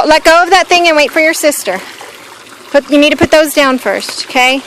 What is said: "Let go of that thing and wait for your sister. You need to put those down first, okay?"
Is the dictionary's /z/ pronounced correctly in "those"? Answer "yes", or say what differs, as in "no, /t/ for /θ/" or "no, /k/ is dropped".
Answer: yes